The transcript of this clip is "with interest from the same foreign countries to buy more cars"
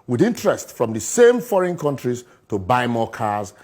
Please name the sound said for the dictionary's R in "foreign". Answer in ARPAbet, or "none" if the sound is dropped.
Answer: R